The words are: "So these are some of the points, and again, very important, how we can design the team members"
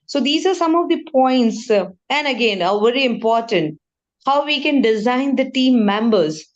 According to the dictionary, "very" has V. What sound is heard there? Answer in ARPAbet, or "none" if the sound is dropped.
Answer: V